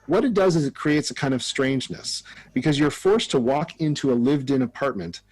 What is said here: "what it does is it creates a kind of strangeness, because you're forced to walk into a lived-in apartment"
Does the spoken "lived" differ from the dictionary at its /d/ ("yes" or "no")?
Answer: no